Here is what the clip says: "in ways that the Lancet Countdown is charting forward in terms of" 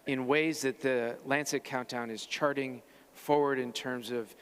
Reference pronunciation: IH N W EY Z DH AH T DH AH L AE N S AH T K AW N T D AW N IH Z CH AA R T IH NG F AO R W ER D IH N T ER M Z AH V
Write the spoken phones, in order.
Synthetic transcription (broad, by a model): IH N W EY Z DH AH T DH AH L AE N S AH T K AW N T AW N IH Z CH AA R T IH NG F AO R W ER D IH N T ER M Z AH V